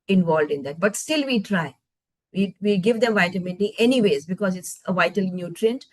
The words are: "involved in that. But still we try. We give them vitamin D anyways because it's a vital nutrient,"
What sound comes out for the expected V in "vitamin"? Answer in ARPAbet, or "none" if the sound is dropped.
V